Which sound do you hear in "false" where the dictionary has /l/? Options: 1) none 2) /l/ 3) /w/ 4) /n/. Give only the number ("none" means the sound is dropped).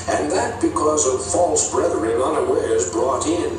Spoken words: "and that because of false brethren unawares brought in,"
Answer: 2